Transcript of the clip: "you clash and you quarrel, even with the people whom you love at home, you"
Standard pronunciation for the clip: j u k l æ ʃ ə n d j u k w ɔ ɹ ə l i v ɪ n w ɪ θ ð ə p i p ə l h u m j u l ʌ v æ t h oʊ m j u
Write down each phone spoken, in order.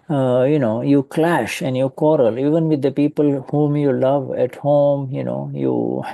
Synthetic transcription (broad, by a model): j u k l æ ʃ ə n d j u k w ɔ ɹ ə l i v ɪ n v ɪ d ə p i p ə l h u m j u l ʌ v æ t h oʊ m j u